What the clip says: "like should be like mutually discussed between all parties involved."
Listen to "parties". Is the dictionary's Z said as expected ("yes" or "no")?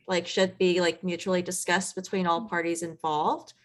yes